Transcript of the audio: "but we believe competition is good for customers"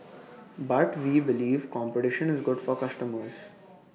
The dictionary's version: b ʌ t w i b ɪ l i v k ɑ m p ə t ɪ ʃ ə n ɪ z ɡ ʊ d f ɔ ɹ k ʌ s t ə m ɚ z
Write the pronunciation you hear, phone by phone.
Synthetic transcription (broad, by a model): b ʌ t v i b ɪ l i v k ɑ m p ə t ɪ ʃ ə n ɪ z ɡ ʊ d f ɔ ɹ k ʌ s t ə m ɚ z